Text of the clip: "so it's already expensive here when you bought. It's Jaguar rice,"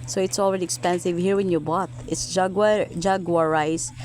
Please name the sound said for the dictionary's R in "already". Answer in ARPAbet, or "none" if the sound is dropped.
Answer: R